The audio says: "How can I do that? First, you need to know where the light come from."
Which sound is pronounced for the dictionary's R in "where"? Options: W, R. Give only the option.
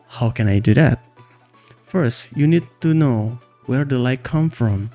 R